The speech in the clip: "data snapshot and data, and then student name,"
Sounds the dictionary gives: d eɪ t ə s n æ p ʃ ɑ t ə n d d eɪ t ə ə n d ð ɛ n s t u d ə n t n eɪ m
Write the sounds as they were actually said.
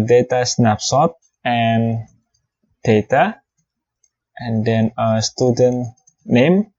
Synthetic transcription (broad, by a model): d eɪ t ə s n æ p s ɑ t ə n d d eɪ t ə ə n d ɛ n s t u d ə n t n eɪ m